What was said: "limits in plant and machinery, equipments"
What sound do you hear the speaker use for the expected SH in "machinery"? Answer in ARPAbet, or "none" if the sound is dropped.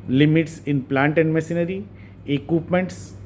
S